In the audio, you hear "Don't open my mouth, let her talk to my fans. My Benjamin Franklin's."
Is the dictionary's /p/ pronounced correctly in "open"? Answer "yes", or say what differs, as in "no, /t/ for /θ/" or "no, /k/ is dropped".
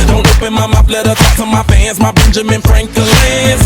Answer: yes